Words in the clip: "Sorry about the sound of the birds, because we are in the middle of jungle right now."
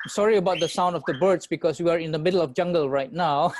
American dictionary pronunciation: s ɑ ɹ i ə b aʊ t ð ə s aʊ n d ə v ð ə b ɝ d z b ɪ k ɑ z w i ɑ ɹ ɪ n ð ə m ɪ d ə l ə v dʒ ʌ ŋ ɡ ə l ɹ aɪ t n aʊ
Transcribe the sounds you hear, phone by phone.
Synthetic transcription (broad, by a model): s ɑ ɹ i ə b aʊ t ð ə s aʊ n d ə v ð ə b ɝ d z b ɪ k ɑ s w i ɑ ɹ ɪ n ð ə m ɪ d ə l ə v dʒ ʌ ŋ ɡ ə l ɹ aɪ t n aʊ